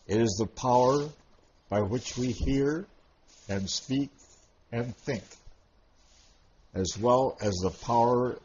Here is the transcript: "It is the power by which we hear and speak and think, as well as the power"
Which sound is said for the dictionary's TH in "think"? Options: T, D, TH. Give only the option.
TH